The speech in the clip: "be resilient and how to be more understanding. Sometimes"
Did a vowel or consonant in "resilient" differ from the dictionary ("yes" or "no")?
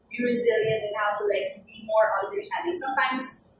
no